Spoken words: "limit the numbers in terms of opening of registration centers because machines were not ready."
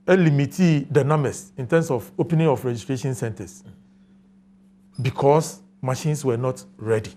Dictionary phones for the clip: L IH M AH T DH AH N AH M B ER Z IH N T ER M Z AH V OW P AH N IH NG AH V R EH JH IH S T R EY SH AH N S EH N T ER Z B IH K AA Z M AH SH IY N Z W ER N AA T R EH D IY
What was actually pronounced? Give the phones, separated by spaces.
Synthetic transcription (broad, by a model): L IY M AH T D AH N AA M ER S IH N T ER M S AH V OW P AH N IH NG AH F R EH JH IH S T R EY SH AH N S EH N T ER S B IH K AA S M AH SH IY N S W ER N AA T R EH D IY